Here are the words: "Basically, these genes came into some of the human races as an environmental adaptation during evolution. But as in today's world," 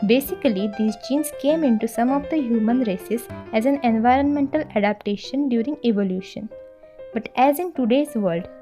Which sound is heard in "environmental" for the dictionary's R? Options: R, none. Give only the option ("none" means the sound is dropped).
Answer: R